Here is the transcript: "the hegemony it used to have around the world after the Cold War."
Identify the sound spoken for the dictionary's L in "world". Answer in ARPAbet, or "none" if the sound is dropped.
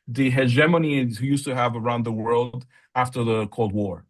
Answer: L